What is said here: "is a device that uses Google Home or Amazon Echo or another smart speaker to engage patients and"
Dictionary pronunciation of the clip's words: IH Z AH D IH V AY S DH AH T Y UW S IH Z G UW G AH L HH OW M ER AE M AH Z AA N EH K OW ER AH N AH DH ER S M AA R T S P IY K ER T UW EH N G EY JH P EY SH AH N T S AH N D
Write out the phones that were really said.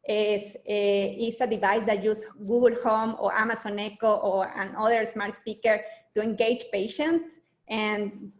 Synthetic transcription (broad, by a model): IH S AH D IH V AY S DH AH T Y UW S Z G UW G L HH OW M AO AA M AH S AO N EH K OW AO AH N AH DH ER S M AA R T S P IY K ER T UW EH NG G EY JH P EY SH AH N T S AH N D